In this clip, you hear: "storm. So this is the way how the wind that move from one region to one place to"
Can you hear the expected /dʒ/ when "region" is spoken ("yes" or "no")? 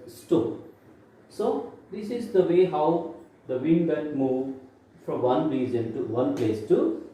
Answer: no